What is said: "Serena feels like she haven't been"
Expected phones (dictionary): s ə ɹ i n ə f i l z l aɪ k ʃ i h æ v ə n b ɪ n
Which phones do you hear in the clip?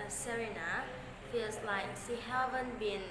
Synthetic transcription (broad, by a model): s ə ɹ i n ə f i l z l aɪ k s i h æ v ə n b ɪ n